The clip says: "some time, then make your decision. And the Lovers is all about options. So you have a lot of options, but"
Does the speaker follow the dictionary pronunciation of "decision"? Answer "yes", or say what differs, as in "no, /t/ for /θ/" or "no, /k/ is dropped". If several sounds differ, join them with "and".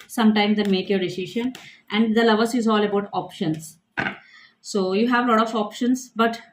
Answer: no, /ʃ/ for /ʒ/